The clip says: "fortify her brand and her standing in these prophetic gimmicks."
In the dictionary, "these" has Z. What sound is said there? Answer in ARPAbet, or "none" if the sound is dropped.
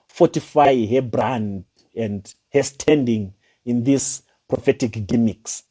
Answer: S